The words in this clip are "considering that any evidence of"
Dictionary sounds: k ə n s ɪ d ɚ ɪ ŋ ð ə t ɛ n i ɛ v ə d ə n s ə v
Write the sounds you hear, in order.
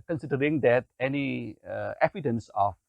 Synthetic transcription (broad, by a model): k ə n s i d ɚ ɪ ŋ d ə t ɛ n i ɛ p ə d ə n s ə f